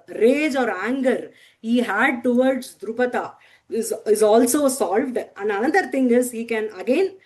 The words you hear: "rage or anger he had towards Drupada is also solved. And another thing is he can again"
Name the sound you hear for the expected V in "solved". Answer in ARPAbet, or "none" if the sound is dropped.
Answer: V